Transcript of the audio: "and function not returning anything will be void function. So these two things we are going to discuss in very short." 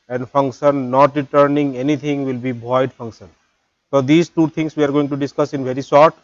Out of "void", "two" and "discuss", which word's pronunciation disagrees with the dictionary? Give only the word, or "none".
void